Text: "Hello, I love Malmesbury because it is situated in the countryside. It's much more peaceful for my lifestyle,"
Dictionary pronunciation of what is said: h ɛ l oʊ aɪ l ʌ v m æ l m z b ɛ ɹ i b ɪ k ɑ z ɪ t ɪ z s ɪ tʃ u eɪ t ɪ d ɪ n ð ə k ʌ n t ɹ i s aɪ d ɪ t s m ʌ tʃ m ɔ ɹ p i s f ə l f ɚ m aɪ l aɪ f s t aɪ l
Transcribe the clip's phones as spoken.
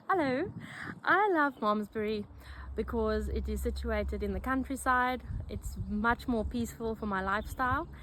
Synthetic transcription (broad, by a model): h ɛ l oʊ aɪ l ʌ v m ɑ m z b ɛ ɹ i b ɪ k ɑ z ɪ t ɪ z s ɪ tʃ u eɪ t ɪ d ɪ n ð ə k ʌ n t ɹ i s aɪ d ɪ t s m ʌ tʃ m ɔ ɹ p i s f ə l f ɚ m aɪ l aɪ f s t aɪ l